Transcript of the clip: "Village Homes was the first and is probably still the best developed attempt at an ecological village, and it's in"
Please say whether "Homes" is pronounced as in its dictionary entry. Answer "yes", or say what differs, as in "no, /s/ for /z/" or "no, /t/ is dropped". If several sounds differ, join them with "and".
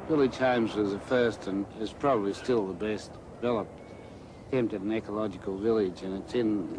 yes